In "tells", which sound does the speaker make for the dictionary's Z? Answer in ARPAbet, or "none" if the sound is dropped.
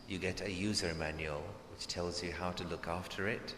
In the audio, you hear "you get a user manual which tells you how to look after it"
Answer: Z